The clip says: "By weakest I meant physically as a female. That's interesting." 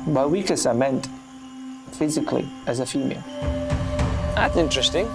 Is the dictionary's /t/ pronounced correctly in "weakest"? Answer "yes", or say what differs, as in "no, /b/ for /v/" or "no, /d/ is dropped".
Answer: no, /t/ is dropped